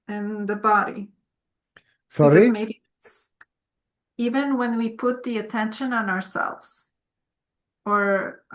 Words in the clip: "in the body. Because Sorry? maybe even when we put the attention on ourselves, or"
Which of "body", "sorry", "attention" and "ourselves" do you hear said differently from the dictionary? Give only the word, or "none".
none